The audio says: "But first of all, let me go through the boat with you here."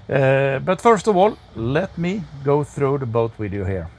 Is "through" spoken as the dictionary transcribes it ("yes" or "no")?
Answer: yes